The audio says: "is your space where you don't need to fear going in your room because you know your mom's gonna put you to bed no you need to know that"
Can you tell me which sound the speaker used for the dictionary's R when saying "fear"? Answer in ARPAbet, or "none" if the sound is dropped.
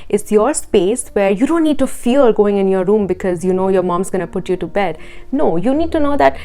L